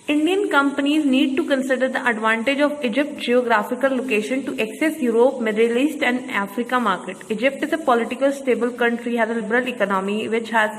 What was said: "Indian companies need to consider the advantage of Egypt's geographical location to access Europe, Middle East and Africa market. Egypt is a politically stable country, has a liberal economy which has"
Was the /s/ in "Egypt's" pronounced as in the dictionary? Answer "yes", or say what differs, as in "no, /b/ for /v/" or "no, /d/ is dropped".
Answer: no, /s/ is dropped